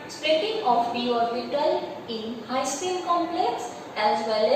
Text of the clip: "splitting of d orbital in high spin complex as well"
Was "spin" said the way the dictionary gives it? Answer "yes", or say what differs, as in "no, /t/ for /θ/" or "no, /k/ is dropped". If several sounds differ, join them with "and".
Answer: no, /l/ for /n/